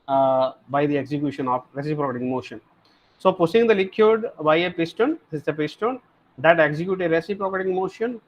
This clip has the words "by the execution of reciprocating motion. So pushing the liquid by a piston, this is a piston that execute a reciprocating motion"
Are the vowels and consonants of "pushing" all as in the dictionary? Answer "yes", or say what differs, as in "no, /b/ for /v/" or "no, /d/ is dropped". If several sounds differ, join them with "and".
no, /s/ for /ʃ/